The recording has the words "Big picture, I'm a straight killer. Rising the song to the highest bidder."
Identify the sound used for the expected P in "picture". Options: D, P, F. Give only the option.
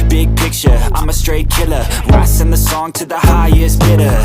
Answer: P